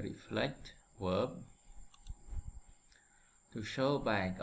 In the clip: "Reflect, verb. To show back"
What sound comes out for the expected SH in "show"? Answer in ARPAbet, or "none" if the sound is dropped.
SH